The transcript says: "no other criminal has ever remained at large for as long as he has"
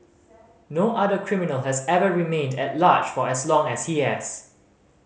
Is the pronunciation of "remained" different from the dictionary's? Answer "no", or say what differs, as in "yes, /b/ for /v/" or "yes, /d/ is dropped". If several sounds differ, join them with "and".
no